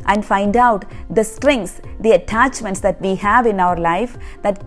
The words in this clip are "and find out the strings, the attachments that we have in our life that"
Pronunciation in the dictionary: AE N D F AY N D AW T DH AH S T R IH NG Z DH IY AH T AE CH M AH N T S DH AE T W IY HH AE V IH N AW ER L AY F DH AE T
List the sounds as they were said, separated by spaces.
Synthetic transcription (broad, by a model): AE N D F AY N D AW T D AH S T R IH NG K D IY AH T AE CH M AH N T S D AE T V IY HH AE V IH N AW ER L AY F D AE T